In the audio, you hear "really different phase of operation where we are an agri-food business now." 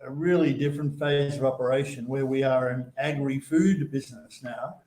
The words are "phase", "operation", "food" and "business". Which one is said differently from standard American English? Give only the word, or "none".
none